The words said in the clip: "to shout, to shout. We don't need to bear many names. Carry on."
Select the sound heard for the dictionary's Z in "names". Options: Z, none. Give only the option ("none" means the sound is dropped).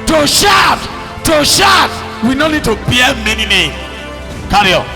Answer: none